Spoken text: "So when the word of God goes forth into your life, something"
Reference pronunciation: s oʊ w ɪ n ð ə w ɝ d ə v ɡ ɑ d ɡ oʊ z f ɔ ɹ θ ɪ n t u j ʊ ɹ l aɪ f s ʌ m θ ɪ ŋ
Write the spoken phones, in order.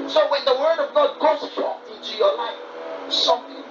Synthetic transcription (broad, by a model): s oʊ w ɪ n ð ə w ɝ d ə v ɡ ɑ d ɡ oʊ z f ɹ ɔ ɪ n t u j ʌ ɹ l aɪ f s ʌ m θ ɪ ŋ